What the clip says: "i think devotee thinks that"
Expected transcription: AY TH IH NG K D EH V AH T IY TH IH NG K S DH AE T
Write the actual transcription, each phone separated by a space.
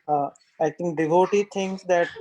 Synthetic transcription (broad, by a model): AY T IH NG K D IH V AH T IY T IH NG K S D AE T